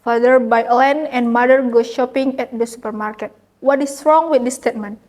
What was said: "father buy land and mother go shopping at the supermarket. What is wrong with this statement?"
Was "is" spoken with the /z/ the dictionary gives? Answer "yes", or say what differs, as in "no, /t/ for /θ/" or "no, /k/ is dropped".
no, /s/ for /z/